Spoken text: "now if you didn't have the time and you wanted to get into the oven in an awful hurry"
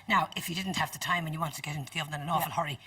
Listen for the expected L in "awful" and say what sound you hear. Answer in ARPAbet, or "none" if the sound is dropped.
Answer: N